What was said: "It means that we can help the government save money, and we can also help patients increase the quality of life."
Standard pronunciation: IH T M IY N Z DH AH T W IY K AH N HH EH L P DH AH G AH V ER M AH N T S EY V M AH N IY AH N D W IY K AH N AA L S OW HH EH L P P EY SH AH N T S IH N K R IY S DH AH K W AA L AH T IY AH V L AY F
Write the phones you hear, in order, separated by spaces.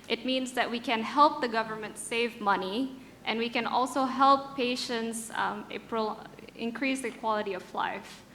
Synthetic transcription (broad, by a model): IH T M IY N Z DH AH T W IY K AH N HH EH L P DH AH G AH V ER M AH N T S EY V M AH N IY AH N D W IY K AH N AA L S OW HH EH L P P EY SH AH N T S IH N K R IY S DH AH K W AA L AH T IY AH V L AY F